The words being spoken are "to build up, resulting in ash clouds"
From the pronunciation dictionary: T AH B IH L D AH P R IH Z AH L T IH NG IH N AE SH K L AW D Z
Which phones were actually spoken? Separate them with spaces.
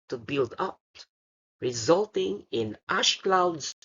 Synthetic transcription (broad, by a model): T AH B IH L D AH P R IH Z AH L T IH NG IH N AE SH K L AW D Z